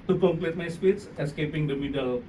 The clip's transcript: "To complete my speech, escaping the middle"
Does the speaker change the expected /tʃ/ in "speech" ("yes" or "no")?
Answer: yes